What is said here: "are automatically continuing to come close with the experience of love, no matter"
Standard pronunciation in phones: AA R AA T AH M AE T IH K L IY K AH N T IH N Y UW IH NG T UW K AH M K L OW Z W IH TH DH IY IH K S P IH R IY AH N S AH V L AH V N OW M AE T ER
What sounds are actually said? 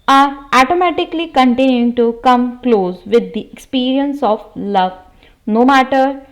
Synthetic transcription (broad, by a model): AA R AA T AH M AE T IH K L IY K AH N T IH N Y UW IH NG T UW K AH M K L OW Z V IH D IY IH K S P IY R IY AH N S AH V L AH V N OW M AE T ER